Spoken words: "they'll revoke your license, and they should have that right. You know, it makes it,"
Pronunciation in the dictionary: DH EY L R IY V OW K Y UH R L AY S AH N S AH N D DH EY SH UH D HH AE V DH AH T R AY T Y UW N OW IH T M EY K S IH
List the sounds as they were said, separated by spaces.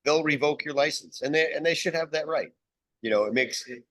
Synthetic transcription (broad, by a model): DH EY L R IY V OW K Y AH R L AY S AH N S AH N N DH EY SH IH D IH V DH AH T R AY T Y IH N OW IH T M EY K S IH